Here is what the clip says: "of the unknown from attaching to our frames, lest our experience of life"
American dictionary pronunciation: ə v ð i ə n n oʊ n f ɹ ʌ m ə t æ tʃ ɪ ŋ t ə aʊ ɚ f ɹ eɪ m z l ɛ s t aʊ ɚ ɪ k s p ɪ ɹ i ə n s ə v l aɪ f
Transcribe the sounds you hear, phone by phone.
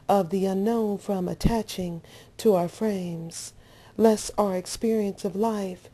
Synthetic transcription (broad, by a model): ə v ð i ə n n oʊ n f ɹ ʌ m ə t æ tʃ ɪ ŋ t ə aʊ ɚ f ɹ eɪ m z l ɛ s aʊ ɚ ɪ k s p ɪ ɹ i ə n s ə v l aɪ f